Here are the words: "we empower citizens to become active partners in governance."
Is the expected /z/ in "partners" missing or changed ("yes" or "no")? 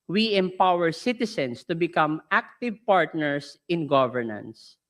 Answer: yes